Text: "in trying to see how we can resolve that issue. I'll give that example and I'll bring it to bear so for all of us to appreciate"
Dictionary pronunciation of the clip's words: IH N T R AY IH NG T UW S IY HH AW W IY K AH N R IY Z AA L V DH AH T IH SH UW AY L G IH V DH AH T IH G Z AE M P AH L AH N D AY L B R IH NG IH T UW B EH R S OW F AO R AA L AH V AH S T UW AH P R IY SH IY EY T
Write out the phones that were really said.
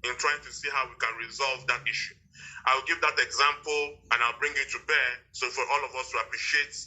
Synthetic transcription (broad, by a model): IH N T R AY IH NG T UW S IY HH AW W IY K AH N R IY Z AA L V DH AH T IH SH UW AY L G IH V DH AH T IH G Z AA M P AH L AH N AY L B R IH NG IH T UW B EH S OW F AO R AA L AH V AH S T UW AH P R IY SH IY EY T